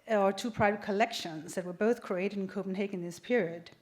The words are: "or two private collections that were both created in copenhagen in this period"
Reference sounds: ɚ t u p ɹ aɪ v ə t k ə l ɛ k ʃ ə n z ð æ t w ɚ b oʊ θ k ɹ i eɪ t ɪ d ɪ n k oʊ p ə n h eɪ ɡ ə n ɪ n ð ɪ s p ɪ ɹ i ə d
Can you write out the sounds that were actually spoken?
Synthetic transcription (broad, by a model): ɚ t u p ɹ aɪ v ə t k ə l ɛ k ʃ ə n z ð æ t w ɚ b oʊ θ k ɹ i eɪ t ɪ d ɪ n k oʊ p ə n h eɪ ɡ ɪ n ð ɪ s p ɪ ɹ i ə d